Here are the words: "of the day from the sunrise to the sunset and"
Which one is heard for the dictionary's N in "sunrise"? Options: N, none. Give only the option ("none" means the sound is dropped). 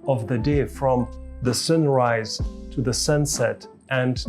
N